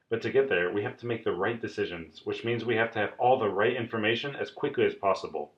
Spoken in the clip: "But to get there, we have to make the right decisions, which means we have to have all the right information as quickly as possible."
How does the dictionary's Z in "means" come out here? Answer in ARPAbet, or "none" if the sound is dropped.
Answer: Z